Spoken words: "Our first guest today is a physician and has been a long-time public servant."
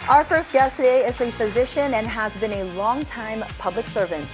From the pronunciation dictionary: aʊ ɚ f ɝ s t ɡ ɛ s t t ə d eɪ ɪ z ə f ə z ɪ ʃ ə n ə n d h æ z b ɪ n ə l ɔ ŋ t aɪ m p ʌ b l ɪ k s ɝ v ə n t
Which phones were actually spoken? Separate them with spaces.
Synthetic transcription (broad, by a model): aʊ ɚ f ɝ s t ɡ ɛ s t t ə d eɪ ɪ z ə f ə z ɪ ʃ ə n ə n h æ z b ɪ n ə l ɔ ŋ t aɪ m p ʌ b l ɪ k s ɝ v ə n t